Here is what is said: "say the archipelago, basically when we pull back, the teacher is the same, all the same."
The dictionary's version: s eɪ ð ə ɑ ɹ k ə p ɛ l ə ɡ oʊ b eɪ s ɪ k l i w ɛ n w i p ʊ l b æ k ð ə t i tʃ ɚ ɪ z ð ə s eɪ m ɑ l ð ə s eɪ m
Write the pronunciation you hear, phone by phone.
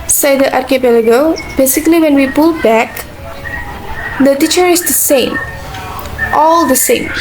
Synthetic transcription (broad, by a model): s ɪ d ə ɑ ɹ k ə p ɛ l ə ɡ oʊ b eɪ s ɪ k l i w ɛ n w i p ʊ l b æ k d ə t i tʃ ɚ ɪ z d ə s eɪ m ɑ l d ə s eɪ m